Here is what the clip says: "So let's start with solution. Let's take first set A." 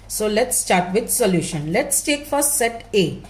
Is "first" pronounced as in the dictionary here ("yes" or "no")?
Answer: no